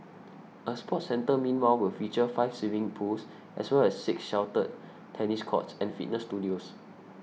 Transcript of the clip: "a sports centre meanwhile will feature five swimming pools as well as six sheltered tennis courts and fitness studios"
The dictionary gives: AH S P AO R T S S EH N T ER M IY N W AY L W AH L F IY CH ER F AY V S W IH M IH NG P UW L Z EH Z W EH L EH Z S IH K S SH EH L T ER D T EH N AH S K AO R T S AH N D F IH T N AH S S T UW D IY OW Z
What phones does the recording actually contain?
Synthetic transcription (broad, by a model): AH S P AO T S S EH N T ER M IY N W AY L W AH L F IY CH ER F AY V S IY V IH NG P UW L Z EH S W EH L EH S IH K S SH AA W T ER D T EH N AH S K AO T S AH N F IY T N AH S S T UW D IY OW S